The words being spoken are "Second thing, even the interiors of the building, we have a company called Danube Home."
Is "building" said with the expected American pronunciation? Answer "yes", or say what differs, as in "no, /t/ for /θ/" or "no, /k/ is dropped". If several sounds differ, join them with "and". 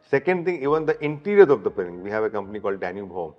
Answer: no, /l/ is dropped